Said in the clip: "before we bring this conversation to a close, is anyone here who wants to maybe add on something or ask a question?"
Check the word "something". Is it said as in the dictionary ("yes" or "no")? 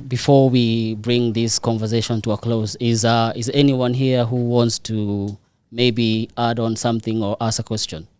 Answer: yes